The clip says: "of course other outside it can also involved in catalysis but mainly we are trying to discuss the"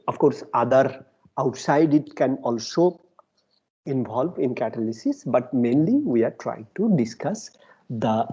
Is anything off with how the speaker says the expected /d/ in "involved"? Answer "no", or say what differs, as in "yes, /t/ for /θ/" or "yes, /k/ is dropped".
yes, /d/ is dropped